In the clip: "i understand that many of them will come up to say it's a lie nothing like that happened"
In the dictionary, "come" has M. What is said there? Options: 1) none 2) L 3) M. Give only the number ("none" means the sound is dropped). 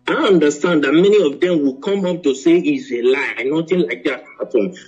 3